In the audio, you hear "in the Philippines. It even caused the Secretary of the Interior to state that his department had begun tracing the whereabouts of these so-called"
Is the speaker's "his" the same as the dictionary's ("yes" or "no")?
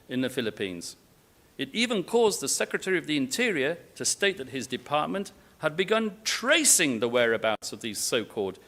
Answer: yes